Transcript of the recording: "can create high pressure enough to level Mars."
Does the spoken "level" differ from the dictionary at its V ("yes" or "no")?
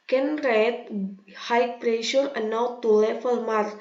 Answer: yes